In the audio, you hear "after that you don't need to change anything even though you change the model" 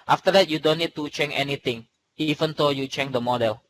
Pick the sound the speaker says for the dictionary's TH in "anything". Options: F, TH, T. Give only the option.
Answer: T